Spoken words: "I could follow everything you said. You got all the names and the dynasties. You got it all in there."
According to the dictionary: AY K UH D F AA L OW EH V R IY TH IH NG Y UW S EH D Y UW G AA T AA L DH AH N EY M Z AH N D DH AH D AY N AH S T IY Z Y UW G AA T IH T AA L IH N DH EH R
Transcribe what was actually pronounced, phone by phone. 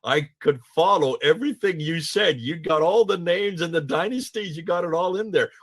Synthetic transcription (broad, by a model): AY K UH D F AA L OW EH V R IY TH IH NG Y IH S EH D Y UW G AA T AA L DH AH N EY M Z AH N DH AH D AY N AH S T IY Z Y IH G AA T IH T AA L IH N DH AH R